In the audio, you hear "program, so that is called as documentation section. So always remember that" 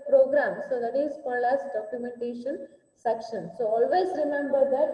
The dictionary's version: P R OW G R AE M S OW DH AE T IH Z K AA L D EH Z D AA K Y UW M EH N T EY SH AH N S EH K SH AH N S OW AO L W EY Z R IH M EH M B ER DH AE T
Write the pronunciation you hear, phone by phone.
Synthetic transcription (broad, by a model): P R OW G R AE M S OW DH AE T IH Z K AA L AA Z D AA K Y UW M EH N T EY SH AH N S EH K SH AH N S OW AO L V EY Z R IH M EH M B ER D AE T